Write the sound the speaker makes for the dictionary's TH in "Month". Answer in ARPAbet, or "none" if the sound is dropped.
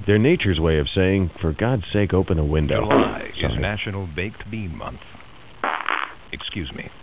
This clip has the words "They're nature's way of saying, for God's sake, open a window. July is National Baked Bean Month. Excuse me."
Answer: TH